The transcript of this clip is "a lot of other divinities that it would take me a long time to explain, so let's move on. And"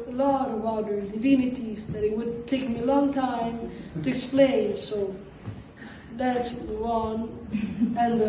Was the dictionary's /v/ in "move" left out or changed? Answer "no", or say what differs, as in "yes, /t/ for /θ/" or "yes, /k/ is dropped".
yes, /v/ is dropped